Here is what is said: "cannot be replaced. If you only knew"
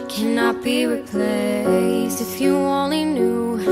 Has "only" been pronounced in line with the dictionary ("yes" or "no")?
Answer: no